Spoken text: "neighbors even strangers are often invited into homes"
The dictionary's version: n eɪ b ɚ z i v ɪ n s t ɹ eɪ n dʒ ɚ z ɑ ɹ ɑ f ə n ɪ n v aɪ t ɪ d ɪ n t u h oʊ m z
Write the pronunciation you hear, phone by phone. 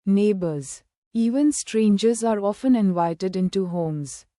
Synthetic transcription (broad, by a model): n eɪ b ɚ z i v ɪ n s t ɹ eɪ n dʒ ɚ z ɑ ɹ ɑ f ə n ɪ n v aɪ t ɪ d ɪ n t u h oʊ m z